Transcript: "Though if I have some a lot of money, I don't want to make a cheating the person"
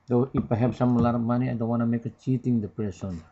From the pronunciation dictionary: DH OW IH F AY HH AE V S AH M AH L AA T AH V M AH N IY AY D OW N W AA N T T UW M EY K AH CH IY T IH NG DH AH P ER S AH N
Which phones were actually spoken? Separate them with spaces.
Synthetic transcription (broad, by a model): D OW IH P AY HH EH P S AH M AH L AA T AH M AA N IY AY D OW N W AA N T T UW M EY K AH CH IY T IH NG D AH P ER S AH N